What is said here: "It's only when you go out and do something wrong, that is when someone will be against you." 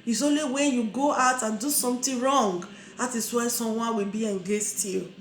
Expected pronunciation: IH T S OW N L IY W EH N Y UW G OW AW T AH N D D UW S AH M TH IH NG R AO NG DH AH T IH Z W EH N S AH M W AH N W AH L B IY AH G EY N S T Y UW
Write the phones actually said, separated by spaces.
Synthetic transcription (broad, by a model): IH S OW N L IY W EH N Y UW G OW AW T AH N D D UW S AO M T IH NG R AO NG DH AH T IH S W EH S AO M W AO N W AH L B IY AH G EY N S T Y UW